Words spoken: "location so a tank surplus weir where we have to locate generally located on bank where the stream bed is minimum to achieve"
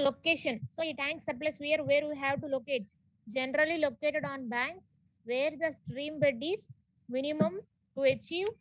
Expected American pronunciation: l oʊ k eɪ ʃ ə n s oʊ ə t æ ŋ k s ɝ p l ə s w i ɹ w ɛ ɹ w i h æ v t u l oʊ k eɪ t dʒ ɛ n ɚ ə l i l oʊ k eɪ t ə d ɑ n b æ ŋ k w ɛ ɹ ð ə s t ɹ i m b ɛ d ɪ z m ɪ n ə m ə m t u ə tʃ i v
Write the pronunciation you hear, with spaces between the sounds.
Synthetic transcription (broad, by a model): l oʊ k eɪ ʃ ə n s oʊ ə t æ ŋ k s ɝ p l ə s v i ɹ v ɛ ɹ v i h æ v t u l oʊ k eɪ t dʒ ɛ n ɚ ə l i l oʊ k eɪ t ə d ɑ n b æ ŋ k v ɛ ɹ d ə s t ɹ i m b ɛ d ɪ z m ɪ n ə m ə m t u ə tʃ i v